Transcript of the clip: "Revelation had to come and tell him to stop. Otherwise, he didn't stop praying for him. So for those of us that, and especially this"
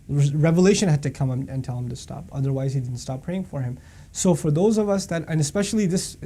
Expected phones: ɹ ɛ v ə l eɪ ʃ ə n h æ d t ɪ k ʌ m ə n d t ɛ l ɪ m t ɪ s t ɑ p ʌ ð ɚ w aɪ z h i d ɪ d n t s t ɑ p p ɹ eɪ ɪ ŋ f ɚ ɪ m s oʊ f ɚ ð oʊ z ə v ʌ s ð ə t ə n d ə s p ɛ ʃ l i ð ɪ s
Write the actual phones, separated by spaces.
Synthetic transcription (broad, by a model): ɹ ɛ v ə l eɪ ʃ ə n h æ d t ɪ k ʌ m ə n t ɛ l ɪ m t ɪ s t ɑ p ʌ ð ɚ w aɪ z h i d ɪ d n t s t ɑ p p ɹ eɪ ɪ ŋ f ɚ ɪ m s oʊ f ɚ ð oʊ z ə v ʌ s ð ə t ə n ə s p ɛ ʃ l i ð ɪ s